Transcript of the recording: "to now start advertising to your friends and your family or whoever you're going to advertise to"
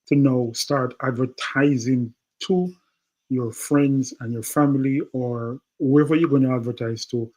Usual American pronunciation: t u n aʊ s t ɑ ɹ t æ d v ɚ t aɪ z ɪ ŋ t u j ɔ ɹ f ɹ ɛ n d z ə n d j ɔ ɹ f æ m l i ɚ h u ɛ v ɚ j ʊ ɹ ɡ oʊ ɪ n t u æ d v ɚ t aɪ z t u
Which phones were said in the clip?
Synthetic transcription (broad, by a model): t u n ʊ s t ɑ ɹ t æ d v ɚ t aɪ z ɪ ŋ t u j ɔ ɹ f ɹ ɛ n d z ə n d j ɔ ɹ f æ m l i ɚ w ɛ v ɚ j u ɡ oʊ ɪ n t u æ d v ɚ t aɪ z t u